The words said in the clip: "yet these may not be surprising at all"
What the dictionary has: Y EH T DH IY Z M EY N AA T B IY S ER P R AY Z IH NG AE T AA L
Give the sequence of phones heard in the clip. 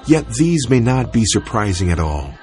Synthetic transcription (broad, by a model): Y EH T DH IY Z M EY N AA T B IY S ER P R AY Z IH NG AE T AA L